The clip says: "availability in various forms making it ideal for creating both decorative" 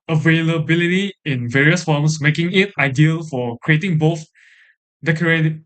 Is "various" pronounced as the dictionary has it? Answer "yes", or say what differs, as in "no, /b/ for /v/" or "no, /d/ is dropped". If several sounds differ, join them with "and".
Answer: yes